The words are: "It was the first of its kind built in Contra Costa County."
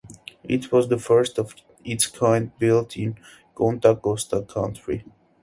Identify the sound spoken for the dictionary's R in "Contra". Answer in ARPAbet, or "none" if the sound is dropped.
none